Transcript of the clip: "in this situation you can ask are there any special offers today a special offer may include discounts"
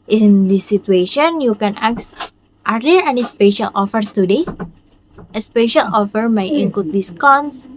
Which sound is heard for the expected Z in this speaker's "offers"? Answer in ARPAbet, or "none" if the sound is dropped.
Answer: none